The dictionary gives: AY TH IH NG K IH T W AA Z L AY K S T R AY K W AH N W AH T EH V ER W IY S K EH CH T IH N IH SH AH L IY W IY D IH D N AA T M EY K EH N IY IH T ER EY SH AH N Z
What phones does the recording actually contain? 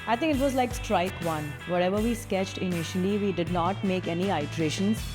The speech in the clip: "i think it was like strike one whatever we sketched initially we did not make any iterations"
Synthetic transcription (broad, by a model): AY T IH NG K IH T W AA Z L AY K S T R AY K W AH N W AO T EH V ER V IY S K EH CH T IH N IH SH AH L IY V IY D IH D N AA T M EY K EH N IY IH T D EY SH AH N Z